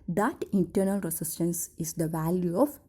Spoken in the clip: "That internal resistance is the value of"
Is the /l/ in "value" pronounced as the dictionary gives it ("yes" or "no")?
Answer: yes